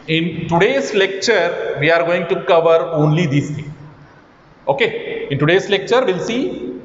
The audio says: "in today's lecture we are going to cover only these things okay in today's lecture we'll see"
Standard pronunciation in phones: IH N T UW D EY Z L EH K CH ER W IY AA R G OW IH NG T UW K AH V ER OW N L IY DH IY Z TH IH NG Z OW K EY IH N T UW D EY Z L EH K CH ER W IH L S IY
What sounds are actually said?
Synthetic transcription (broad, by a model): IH N T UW D EY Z L EH K CH ER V IY AA R G OW IH NG T UW K AH V ER OW N L IY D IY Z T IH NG OW K EY IH N T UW D EY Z L EH K CH ER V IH L S IY